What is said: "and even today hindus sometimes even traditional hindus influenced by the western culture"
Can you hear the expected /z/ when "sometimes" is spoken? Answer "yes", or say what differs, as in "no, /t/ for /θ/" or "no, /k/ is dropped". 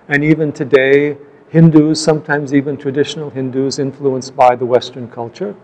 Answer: yes